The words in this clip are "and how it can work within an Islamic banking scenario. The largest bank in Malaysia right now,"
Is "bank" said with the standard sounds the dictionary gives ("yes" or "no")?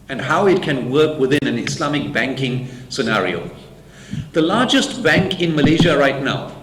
yes